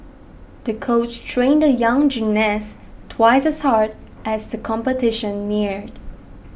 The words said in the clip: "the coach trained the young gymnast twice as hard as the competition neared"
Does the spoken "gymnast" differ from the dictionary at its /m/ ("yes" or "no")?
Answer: yes